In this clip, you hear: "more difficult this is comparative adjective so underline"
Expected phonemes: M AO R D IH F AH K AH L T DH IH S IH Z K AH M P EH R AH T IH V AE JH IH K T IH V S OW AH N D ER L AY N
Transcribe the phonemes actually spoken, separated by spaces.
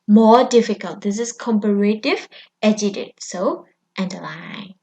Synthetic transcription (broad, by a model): M AO D IH F AH K AH L T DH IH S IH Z K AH M P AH R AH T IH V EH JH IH T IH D S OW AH N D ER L AY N